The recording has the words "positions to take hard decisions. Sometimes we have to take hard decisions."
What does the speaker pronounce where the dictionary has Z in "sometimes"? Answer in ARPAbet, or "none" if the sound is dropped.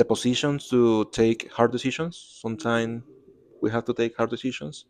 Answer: none